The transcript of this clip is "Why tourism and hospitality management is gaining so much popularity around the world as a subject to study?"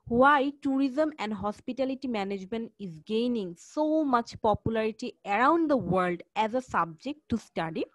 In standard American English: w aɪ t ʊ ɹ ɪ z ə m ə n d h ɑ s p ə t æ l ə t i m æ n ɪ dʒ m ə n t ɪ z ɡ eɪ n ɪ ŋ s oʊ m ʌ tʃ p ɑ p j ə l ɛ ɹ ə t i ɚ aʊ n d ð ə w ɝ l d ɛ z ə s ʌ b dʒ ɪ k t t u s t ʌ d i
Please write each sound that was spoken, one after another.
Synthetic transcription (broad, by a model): w aɪ t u ɹ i z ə m ə n d h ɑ s p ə t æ l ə t i m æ n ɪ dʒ m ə n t ɪ z ɡ eɪ n ɪ ŋ s oʊ m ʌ tʃ p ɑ p j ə l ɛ ɹ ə t i ɚ aʊ n d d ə w ɝ l d ɛ z ə s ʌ b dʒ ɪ k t t u s t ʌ d i